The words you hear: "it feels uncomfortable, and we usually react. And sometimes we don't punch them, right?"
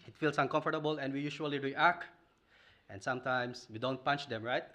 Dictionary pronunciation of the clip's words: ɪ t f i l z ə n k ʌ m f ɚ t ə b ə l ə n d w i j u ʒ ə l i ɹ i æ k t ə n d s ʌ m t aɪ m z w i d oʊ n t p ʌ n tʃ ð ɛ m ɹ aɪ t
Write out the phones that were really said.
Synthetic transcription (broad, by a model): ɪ t f i l s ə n k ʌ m f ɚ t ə b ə l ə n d w i j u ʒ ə l i ɹ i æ k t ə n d s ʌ m t aɪ m s w i d oʊ n t p ʌ n tʃ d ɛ m ɹ aɪ t